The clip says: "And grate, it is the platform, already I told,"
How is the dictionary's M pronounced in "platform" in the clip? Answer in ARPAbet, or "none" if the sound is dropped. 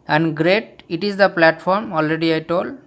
M